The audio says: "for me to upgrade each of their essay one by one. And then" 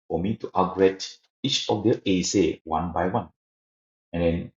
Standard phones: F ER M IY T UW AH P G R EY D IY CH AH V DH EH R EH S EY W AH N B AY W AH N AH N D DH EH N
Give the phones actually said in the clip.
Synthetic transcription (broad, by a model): F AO M IY T UW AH G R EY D IY CH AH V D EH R EH S EY W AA N B AY W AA N AH N D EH N